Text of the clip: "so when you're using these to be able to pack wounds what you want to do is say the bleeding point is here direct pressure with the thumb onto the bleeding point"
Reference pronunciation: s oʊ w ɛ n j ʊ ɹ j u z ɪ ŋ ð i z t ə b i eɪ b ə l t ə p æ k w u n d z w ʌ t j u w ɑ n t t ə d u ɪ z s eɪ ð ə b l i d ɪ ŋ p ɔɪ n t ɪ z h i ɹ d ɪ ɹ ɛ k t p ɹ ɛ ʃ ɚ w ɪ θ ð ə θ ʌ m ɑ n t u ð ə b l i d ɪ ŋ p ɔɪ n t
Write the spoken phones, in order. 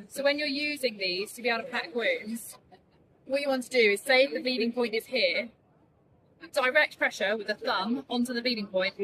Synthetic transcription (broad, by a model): s oʊ w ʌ n j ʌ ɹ j u z ɪ ŋ ð i z t ə b i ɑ ə t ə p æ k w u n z w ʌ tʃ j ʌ w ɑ n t t ə d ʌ ɪ z s eɪ ð ə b i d ɪ ŋ p ɔɪ n t ɪ z h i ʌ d ɪ ɹ ɛ k t p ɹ ɛ ʃ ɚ w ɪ ð ə θ ʌ m ɑ n t u ð ə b i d ɪ ŋ p ɔɪ n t